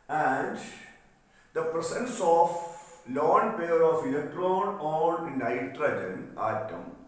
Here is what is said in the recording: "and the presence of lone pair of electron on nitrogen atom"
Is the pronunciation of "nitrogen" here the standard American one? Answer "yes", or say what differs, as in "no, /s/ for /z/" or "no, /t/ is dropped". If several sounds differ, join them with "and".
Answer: yes